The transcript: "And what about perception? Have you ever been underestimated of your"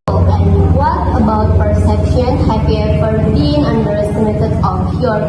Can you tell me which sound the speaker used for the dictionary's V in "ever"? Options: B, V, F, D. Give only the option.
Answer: F